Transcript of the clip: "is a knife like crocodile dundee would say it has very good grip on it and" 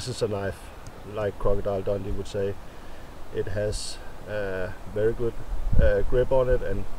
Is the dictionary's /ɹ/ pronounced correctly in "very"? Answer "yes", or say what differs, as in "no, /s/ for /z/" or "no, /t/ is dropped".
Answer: yes